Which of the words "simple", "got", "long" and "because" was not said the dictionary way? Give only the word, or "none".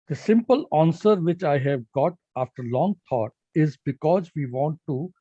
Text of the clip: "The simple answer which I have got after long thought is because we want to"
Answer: none